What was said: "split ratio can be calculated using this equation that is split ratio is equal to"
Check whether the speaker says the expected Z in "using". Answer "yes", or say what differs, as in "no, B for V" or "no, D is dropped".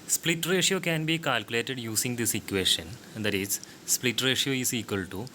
no, S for Z